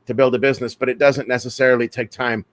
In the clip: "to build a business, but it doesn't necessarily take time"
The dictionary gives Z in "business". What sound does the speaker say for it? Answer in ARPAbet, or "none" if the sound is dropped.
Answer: Z